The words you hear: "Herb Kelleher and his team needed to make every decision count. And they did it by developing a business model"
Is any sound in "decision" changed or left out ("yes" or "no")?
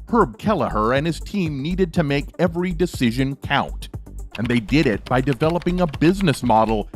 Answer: no